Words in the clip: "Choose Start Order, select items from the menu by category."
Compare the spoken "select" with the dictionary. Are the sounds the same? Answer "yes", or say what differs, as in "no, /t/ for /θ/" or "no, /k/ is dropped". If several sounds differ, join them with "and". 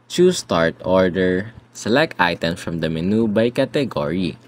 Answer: yes